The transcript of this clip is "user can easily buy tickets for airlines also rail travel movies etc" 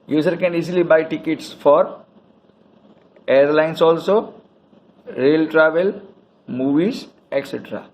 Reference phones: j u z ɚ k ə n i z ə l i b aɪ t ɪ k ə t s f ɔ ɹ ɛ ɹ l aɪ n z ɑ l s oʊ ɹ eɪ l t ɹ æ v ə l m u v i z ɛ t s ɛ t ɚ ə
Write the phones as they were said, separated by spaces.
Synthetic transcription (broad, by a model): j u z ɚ k ə n i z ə l i b aɪ t ɪ k ə t s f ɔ ɹ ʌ ɹ l aɪ n s ɑ l s oʊ ɹ eɪ l t ɹ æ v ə l m u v i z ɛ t s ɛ t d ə